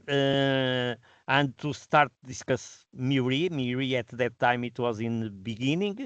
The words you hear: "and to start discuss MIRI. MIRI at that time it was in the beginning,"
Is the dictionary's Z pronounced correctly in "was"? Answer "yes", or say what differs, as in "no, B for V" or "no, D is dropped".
yes